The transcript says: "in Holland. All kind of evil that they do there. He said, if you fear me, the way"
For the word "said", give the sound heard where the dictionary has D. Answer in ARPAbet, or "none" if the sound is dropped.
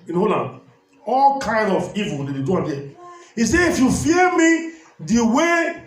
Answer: none